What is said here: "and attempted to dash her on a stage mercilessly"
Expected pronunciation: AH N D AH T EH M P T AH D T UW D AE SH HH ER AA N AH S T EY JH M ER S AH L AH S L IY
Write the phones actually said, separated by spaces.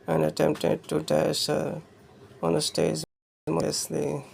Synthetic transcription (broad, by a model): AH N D AH T EH M P T AH D T UW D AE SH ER AA N AH S T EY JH M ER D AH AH S L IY